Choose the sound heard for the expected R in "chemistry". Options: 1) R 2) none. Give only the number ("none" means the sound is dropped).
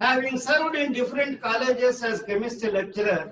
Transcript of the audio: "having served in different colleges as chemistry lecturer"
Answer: 2